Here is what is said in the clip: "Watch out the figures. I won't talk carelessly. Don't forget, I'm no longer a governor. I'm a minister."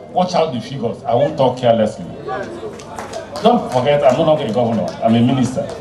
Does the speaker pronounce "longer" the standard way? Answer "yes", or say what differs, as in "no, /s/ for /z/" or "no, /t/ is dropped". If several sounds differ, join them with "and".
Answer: no, /n/ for /l/